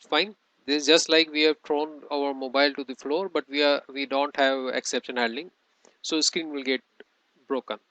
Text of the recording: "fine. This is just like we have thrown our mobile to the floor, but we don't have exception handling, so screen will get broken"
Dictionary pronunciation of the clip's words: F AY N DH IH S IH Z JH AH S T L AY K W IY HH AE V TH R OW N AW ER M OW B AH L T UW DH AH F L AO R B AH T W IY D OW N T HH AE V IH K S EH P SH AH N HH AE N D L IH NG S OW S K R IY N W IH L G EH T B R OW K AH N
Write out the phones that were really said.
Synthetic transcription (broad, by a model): F AY N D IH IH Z JH AH S T L AY K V IY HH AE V T R OW N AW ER M OW B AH L T UW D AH F L AO R B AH T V IY D OW N T HH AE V IH K S EH P SH AH N HH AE D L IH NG S OW S K R IY N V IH L G EH T B R OW K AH N